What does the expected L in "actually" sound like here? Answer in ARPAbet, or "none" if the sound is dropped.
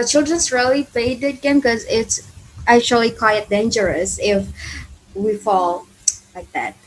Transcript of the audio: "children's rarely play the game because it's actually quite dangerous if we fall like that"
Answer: L